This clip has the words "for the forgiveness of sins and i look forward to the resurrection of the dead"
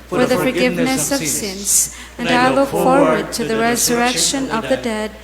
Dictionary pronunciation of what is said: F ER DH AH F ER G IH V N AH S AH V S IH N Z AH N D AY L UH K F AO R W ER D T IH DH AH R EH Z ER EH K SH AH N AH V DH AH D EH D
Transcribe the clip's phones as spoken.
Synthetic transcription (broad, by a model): F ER DH AH F ER G IH V N AH S AH V S IH N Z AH N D AY L UH K F AO R W ER D T IH DH AH R EH Z ER EH K SH AH N AH V DH AH D EH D